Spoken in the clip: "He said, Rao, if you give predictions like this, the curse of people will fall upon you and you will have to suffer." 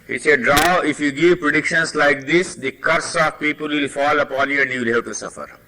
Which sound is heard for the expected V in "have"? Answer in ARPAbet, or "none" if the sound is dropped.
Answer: P